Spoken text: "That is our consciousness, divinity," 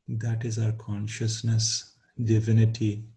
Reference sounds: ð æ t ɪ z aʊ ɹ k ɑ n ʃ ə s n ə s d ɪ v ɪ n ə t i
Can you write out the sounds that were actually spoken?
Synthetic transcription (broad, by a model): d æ t ɪ z aʊ ɹ k ɑ n ʃ ə s n ə s d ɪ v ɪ n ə t i